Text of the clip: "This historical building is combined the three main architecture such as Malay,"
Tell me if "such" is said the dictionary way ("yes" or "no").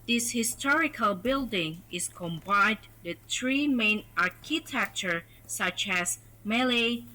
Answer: yes